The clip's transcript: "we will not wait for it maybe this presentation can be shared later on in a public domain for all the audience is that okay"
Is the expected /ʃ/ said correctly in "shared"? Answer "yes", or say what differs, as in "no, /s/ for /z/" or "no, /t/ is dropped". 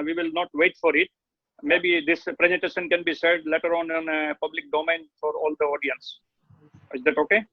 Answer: no, /s/ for /ʃ/